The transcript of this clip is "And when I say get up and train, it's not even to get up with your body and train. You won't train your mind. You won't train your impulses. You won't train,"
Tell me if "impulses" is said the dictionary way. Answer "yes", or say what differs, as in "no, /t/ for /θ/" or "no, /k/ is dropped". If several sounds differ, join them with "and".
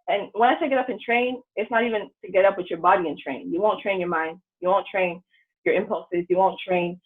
yes